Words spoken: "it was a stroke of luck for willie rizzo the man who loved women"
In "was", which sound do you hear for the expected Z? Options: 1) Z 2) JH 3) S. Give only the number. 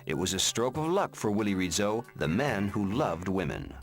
1